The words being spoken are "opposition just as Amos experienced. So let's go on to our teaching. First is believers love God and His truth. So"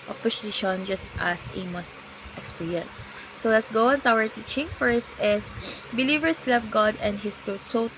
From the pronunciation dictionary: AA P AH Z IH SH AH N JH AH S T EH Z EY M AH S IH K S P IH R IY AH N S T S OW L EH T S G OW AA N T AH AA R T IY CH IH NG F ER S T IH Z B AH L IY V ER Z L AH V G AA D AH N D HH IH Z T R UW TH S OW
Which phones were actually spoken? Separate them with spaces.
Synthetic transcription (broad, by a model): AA P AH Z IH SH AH N JH AH S T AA S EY M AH S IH K S P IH R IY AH N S S OW L EH T S G OW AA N T AH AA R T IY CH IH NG F ER S T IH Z B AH L IY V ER S L AH V G AA D AH N D HH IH S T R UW T S OW